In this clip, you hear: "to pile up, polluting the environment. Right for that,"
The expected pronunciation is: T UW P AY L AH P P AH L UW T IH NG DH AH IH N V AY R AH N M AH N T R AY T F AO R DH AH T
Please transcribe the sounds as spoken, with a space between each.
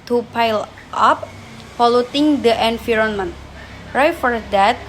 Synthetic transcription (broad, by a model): T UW P AY L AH P F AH L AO T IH NG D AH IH N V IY R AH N M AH N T R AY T F AO R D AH T